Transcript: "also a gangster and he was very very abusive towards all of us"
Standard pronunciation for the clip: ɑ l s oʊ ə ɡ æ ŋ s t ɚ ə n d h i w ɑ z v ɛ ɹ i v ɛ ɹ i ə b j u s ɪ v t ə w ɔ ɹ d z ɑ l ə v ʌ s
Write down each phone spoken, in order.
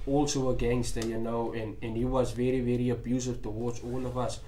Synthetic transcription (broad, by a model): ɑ l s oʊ ə ɡ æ ŋ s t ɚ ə n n h i w ɑ z v ɛ ɹ i v ɛ ɹ i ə b j u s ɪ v t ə w ɔ d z ɑ l ə v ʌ s